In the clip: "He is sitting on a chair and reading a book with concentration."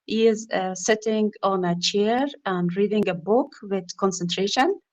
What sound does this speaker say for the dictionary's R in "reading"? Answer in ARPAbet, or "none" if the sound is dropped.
R